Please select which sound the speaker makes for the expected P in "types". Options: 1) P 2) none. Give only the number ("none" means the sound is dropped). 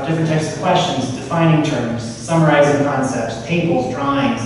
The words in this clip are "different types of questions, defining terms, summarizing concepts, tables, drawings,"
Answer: 2